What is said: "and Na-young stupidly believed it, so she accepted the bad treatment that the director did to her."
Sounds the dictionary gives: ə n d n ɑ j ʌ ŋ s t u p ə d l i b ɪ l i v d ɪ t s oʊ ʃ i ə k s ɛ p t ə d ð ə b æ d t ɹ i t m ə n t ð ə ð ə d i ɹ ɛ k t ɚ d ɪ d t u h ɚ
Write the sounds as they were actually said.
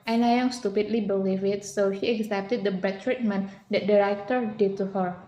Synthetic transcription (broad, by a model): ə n n ɑ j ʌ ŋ s t u p ə d l i b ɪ l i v ɪ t s oʊ ʃ i ə k s ɛ p t ə d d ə b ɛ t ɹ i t m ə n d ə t d i ɹ ɛ k t ɚ d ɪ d t u h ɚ